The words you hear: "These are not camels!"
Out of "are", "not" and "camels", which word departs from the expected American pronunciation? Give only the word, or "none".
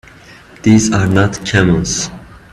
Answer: camels